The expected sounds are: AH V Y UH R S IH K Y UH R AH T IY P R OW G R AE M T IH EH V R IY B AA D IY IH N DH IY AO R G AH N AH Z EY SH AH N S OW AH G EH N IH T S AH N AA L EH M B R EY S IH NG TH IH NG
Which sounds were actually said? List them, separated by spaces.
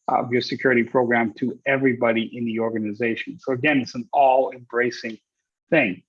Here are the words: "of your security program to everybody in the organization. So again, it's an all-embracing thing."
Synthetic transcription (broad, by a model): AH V Y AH R S IH K Y UH R AH T IY P R OW G R AE M T IH EH V R IY B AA D IY IH N DH IY AO R G AH N AH Z EY SH AH N S OW AH G EH N IH T S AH N AA L EH M B R EY S IH NG TH IH NG